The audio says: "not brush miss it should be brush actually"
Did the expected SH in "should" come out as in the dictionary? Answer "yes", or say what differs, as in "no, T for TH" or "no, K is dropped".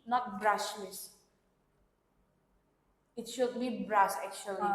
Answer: yes